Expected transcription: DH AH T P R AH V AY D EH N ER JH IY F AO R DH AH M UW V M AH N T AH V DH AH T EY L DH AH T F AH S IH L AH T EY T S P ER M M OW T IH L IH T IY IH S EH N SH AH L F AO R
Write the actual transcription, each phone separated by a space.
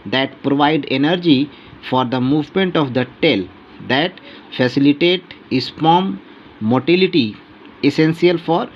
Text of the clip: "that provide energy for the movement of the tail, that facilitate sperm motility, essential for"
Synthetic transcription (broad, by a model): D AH T P R AH V AY D EH N ER JH IY F AO R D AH M UW V M AH N T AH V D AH T EY L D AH T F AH S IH L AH T EY T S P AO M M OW T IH L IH T IY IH S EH N S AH L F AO R